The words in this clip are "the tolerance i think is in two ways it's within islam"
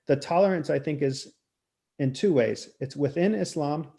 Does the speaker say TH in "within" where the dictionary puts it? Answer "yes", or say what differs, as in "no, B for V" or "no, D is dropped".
yes